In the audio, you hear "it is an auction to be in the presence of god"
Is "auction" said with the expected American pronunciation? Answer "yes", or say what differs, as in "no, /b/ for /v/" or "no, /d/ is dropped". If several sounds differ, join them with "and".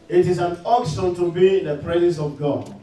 no, /s/ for /ʃ/